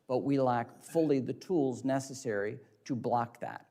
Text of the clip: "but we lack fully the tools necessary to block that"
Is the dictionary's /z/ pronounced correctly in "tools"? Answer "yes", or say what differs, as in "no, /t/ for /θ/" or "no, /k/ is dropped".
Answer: yes